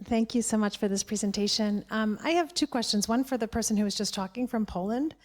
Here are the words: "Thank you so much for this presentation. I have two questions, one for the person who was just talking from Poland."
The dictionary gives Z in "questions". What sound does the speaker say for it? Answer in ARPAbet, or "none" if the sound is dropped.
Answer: Z